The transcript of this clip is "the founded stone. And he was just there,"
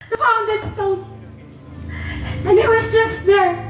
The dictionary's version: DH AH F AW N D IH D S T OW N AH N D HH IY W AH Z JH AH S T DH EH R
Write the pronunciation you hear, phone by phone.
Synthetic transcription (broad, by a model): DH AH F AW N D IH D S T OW L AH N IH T W AH Z JH AH S T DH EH R